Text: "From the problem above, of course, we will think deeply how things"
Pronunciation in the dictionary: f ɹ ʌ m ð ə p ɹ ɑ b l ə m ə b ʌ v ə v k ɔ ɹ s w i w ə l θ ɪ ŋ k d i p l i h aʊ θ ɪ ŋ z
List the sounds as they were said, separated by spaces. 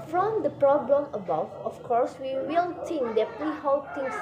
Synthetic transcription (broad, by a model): f ɹ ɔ m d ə p ɹ ɑ b l ə m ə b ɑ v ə f k ɔ ɹ s w i w ə l t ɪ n d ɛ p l i h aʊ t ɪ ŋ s